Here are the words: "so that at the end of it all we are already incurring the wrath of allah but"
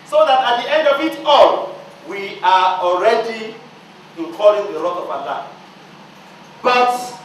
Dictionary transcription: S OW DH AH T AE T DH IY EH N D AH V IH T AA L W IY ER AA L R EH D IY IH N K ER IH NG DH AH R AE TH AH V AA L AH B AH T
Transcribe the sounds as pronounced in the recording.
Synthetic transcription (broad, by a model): S OW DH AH T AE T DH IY EH N D AH V IH T AA L W IY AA AA L R EH D IY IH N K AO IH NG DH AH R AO T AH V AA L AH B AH T